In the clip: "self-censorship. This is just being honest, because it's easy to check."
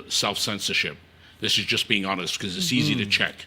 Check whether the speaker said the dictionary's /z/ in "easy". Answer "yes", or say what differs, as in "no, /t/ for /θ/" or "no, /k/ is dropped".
yes